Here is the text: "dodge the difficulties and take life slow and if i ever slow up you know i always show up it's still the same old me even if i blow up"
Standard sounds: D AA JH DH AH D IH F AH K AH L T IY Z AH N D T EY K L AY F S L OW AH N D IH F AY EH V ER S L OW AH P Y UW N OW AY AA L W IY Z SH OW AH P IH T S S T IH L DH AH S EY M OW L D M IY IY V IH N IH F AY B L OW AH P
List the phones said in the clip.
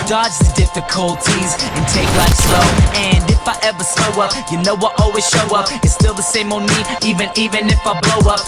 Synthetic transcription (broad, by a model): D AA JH DH AH D IH F AH K AH L T IY Z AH N T EY K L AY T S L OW AH N D IH F AY EH V ER S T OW AH P Y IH N OW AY AA L W IY Z SH OW AH P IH T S S T IH L DH AH S EY M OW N M IY IY V IH N IH F AY B L OW AH P